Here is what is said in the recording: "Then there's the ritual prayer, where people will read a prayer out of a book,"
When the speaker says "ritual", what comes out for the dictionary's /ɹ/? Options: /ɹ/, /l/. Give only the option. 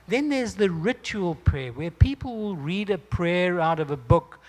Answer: /ɹ/